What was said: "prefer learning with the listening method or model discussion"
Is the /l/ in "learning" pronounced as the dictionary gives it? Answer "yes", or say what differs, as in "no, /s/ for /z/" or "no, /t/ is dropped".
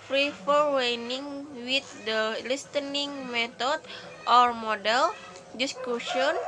no, /w/ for /l/